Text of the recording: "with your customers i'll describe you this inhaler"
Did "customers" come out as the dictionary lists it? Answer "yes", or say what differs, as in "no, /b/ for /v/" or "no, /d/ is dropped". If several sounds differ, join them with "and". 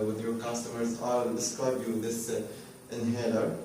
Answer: yes